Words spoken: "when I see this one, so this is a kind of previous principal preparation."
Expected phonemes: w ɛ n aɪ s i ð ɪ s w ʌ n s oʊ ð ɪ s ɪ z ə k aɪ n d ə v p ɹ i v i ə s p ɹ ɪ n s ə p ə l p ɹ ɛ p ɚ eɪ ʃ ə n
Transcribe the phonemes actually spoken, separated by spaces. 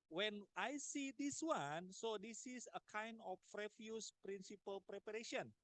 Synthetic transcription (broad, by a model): w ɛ n aɪ s i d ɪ s w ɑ n s oʊ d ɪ s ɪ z ə k aɪ n d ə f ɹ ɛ f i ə s p ɹ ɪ n s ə p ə l p ɹ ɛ p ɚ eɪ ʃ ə n